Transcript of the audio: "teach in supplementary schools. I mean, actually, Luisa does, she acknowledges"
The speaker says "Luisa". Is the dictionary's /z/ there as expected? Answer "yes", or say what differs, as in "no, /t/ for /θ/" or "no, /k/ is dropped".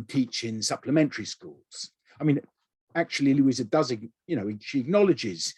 yes